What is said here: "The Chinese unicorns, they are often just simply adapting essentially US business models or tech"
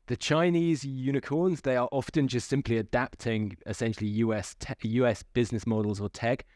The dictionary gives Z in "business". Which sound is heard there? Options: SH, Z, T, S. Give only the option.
Z